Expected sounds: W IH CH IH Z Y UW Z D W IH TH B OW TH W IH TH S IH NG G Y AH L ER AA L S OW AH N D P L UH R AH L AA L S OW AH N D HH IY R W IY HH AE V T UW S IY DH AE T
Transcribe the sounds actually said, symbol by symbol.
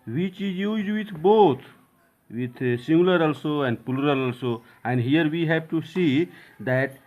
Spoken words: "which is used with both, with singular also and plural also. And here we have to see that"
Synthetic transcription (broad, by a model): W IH CH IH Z Y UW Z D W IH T B OW T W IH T S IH NG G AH L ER AA L S OW AH N D P L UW R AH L AA L S OW AH N D HH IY R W IY HH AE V T UW S IY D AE T